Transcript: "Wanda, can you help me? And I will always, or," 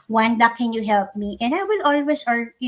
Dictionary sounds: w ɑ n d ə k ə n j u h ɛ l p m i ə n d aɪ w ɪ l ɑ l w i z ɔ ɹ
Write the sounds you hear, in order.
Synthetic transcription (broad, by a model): w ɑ n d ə k ə n j u h ɛ l p m i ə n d aɪ w ɪ l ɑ l w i s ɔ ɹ